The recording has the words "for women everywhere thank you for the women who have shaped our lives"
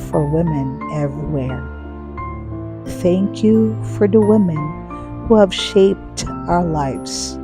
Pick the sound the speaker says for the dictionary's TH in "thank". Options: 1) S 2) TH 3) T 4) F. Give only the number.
2